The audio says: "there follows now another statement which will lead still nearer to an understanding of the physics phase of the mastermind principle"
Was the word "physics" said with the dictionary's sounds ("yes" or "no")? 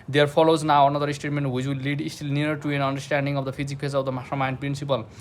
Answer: no